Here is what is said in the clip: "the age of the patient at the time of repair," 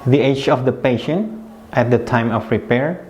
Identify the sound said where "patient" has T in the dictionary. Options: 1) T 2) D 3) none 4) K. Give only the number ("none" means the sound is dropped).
1